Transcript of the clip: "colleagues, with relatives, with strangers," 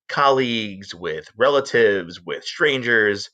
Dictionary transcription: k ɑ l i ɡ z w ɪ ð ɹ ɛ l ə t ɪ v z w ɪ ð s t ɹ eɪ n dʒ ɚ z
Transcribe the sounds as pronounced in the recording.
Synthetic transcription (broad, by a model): k ɑ l i ɡ z w ɪ ð ɹ ɛ l ə t ɪ v z w ɪ ð s t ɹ eɪ n dʒ ɚ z